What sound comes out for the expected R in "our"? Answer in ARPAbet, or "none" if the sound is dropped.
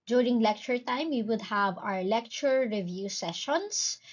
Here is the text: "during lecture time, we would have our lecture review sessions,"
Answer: R